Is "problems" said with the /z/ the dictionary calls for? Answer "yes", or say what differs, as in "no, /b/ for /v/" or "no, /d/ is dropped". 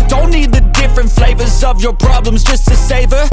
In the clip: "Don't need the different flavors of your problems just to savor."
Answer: yes